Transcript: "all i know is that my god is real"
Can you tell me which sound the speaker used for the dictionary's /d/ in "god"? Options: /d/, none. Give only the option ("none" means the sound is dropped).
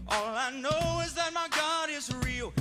/d/